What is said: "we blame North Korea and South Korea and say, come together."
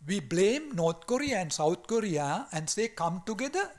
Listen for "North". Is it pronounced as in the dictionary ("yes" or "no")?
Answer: no